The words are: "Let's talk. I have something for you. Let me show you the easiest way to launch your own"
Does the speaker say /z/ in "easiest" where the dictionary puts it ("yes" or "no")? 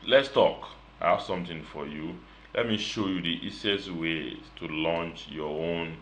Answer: no